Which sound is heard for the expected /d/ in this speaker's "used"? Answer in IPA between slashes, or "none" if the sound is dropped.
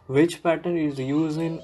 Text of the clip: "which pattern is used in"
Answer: none